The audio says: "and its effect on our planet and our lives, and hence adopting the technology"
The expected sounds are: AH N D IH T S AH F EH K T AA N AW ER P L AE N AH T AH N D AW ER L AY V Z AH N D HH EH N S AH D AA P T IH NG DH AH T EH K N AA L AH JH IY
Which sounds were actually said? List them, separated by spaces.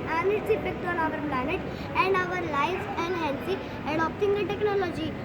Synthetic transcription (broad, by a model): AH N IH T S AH P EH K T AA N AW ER P L AE N AH T AH N D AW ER L AY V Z AH N D HH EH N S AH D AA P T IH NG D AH T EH K N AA L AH JH IY